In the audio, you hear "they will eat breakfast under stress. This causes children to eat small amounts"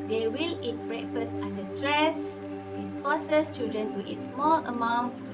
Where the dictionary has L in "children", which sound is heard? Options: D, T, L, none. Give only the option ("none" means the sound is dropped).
none